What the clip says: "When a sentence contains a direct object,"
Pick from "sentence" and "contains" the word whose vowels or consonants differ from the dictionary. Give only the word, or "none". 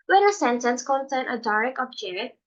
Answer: contains